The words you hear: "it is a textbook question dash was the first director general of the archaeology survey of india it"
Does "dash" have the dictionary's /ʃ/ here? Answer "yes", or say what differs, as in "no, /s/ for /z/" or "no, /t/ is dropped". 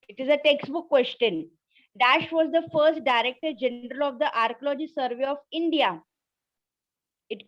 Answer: yes